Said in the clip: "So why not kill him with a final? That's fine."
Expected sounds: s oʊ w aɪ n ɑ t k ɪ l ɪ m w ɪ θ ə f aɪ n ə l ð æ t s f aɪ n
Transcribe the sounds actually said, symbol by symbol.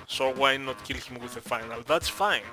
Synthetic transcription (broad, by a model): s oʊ w aɪ n ɑ t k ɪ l ɪ m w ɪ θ ə f aɪ n ə l ð æ t s f aɪ n